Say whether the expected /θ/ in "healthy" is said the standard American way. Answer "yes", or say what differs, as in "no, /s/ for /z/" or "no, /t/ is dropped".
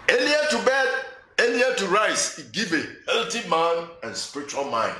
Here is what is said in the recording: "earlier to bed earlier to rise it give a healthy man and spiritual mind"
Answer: no, /t/ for /θ/